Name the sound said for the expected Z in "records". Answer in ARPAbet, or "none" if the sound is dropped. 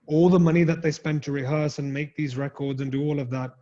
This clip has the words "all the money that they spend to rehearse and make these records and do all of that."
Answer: Z